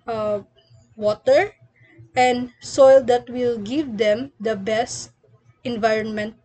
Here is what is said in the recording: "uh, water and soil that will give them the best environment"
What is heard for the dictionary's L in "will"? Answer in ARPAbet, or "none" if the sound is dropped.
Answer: L